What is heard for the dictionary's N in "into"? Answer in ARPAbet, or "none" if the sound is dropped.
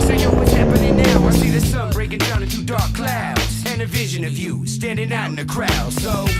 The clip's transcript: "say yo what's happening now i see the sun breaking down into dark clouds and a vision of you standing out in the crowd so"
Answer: none